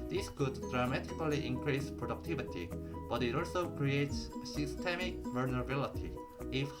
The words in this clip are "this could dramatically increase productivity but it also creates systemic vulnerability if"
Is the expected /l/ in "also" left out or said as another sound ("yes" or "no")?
yes